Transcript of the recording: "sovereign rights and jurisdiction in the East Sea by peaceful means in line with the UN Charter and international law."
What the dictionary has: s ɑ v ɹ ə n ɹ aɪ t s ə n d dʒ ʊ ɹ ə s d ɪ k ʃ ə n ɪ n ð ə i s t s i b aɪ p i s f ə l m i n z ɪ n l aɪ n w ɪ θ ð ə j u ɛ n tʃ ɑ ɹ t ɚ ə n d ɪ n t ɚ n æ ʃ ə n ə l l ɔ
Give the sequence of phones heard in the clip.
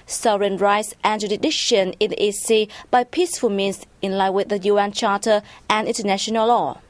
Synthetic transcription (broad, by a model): s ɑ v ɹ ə n ɹ aɪ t s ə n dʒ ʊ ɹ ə d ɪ ʃ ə n ɪ n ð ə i t s i b aɪ p i s f ə l m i n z ɪ n l aɪ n w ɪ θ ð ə j u ɛ n tʃ ɑ t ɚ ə n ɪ n t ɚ n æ ʃ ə n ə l l ɔ